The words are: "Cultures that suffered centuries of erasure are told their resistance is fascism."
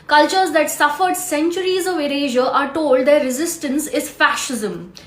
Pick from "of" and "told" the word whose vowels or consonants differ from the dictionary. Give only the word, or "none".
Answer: none